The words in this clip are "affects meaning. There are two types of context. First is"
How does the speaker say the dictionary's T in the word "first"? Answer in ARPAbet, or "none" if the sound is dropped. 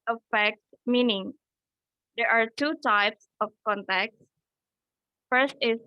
T